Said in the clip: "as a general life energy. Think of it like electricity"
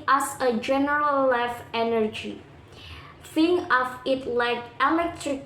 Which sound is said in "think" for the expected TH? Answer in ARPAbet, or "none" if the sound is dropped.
F